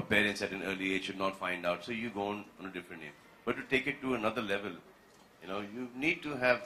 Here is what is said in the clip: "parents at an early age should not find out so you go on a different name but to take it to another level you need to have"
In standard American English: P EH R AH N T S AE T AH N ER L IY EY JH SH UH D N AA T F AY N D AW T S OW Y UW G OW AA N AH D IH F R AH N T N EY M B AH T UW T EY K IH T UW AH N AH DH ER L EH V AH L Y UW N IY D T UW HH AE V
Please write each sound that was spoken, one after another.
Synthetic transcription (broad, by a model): P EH R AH N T S AE T AH N ER L IY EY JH SH UH D N AA T F AY N D AW T S OW Y UW G OW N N AH D IH F R AH N T L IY B AH T UW T EY K IH T UW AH N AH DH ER L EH V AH L Y UW N IY D T UW HH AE V